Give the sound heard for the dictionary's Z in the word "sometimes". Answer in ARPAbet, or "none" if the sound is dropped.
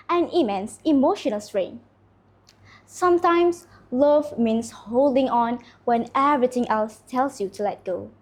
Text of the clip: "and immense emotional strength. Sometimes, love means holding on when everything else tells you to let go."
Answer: S